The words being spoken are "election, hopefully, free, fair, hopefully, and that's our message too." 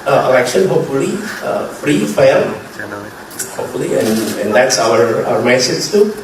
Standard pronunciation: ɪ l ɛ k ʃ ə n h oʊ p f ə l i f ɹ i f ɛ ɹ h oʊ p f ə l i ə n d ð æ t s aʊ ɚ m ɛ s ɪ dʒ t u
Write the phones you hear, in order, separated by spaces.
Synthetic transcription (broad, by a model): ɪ l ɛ k ʃ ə n h oʊ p f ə l i f ɹ i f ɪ l h oʊ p f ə l i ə n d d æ t s aʊ ɚ m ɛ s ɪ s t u